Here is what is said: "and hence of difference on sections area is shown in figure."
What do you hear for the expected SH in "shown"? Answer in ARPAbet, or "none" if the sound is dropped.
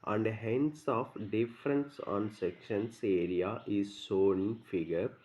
S